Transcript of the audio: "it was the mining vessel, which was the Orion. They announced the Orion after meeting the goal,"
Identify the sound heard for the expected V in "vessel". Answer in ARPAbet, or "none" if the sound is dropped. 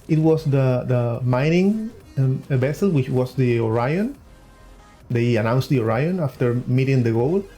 B